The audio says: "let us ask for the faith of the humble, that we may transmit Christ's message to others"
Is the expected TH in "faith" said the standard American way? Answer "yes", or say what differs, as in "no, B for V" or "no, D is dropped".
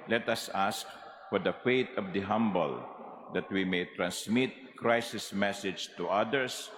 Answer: no, T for TH